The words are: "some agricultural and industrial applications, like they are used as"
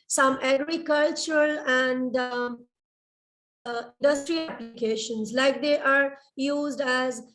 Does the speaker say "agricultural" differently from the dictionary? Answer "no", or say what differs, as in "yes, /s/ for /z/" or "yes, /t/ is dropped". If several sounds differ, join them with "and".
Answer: no